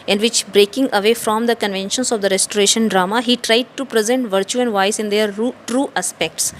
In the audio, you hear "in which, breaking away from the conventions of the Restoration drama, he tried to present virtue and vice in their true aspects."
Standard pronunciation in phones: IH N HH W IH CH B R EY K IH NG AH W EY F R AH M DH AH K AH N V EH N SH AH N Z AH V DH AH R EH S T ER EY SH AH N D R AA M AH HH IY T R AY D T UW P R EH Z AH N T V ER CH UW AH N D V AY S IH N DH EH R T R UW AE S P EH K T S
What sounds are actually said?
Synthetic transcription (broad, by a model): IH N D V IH CH B R EY K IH NG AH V EY F R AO M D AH K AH N V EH N SH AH N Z AH V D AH R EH S T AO EY SH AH N D R AA M AH HH IY T R AY D T UW P R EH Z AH N T V ER CH UW AH N D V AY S IH N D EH R T R UW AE S P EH K T S